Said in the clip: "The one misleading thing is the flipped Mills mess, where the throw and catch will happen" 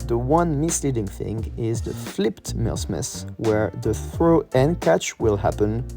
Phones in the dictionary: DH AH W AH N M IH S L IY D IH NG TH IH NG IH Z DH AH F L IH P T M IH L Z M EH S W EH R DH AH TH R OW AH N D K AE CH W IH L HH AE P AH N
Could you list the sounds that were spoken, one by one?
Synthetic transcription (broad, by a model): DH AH W AH N M IH S L IY D IH NG TH IH NG IH Z DH AH F L IH P T M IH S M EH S W EH R DH AH TH R OW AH N K AE CH W IH L HH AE P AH N